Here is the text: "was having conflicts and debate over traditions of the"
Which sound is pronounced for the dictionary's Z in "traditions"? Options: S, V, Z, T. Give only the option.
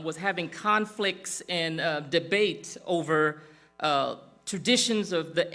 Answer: Z